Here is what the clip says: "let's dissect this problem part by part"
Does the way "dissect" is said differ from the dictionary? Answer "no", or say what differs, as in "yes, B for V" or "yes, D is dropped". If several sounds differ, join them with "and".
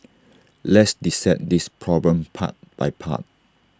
yes, K is dropped